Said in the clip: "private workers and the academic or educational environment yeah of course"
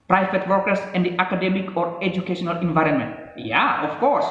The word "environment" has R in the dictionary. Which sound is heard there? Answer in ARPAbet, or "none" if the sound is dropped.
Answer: R